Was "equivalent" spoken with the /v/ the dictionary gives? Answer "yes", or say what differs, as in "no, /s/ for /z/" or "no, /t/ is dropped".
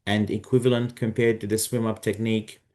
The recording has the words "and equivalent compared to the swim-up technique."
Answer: yes